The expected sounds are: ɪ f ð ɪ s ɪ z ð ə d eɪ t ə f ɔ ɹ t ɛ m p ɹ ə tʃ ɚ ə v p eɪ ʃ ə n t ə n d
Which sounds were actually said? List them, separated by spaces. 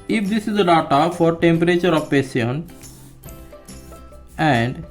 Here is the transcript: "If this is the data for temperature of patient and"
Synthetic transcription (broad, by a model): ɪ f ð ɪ s ɪ z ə d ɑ t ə f ɔ ɹ t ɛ m p ɹ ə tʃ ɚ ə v p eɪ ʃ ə n ə n d